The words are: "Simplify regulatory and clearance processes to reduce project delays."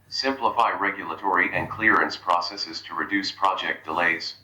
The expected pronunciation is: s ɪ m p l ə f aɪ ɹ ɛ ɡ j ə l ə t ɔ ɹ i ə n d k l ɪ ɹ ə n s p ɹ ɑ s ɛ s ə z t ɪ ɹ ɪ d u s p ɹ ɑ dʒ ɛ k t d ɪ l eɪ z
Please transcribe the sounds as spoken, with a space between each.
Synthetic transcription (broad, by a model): s ɪ m p l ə f aɪ ɹ ɛ ɡ j ə l ə t ɔ ɹ i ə n k l ɪ ɹ ə n s p ɹ ɑ s ɛ s ə z t ɪ ɹ ɪ d u s p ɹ ɑ dʒ ɛ k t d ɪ l eɪ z